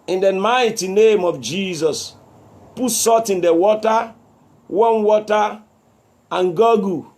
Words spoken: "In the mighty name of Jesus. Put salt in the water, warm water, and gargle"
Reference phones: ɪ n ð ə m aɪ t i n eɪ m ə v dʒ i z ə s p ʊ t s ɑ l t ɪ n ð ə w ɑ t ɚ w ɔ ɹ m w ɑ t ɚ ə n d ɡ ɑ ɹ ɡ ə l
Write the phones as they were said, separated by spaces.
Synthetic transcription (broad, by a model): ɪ n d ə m aɪ t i n eɪ m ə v dʒ i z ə s p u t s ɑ t ɪ n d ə w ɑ t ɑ w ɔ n w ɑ t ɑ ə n ɡ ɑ ɡ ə